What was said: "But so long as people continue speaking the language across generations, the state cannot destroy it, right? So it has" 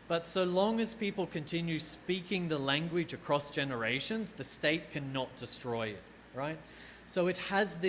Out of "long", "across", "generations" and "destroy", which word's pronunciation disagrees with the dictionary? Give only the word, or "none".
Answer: none